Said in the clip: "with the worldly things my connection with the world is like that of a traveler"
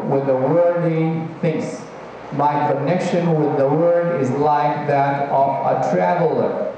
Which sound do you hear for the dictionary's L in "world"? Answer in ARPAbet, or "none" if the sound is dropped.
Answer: none